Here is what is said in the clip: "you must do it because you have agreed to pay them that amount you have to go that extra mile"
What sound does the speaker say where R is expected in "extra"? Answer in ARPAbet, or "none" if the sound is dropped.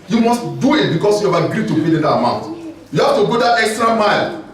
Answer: R